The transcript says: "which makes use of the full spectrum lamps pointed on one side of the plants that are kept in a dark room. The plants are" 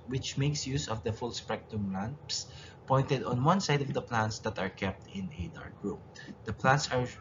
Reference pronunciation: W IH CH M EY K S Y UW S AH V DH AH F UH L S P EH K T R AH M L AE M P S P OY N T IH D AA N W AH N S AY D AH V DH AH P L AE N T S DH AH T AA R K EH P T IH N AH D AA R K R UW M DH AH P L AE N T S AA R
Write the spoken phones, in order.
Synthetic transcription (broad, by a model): W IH CH M EY K S Y UW S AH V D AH F UH L S P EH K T AH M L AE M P S P OY N T IH D AA N W AH N S AY D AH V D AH P L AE N T S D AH T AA R K EH P T IH N AH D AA R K R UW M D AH P L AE N T S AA R